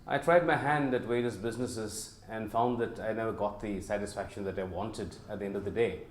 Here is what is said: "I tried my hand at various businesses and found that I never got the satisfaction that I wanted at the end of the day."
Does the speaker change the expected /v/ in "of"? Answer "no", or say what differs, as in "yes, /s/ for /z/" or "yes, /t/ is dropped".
no